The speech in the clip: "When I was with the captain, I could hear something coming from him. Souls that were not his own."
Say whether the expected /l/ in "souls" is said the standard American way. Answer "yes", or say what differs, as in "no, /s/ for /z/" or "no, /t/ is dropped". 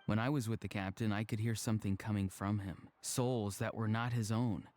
yes